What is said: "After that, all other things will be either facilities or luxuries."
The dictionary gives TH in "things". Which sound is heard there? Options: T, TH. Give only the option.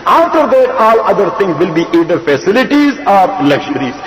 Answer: T